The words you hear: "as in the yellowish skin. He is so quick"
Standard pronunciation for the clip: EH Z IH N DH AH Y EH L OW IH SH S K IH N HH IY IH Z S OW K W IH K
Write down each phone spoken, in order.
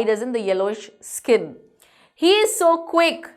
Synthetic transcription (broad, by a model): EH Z IH N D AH Y EH L OW IH SH S K IH N HH IY IH Z S OW K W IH K